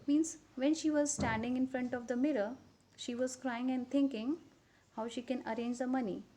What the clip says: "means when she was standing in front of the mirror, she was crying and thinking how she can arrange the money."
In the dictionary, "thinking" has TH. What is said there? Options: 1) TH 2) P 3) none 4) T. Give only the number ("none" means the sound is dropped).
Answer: 4